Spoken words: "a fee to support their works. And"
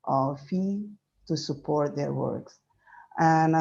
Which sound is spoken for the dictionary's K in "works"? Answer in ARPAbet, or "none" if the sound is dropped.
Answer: K